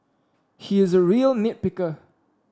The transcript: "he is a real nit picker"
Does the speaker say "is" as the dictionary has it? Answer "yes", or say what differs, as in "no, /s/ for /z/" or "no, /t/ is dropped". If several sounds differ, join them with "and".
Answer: yes